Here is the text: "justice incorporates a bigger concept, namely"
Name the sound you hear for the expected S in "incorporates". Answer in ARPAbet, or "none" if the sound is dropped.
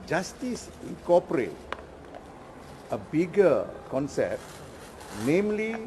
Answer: none